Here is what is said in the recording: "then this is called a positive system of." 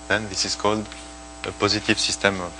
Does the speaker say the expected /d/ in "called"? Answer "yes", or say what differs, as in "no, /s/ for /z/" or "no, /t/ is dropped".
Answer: yes